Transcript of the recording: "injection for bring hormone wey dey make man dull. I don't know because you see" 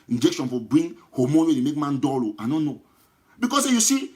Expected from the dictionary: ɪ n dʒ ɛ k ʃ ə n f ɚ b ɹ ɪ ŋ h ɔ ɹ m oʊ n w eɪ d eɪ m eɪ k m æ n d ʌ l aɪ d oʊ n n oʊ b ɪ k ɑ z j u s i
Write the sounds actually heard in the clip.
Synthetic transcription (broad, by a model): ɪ n dʒ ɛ k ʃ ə n f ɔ b ɹ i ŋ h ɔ m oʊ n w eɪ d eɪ m eɪ k m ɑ n d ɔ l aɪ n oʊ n n oʊ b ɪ k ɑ s j u s i